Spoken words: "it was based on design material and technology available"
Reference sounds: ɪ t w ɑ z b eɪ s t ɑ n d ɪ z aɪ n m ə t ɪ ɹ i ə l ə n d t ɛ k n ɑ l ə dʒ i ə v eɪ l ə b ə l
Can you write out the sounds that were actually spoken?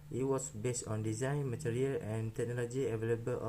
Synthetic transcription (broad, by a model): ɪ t w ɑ s b eɪ s t ɑ n d ɪ z aɪ n m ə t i ɹ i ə l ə n t ɛ k n ɑ l ə dʒ i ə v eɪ l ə b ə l